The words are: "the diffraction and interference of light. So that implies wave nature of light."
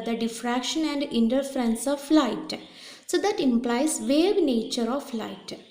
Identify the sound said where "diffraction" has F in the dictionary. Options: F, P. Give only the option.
F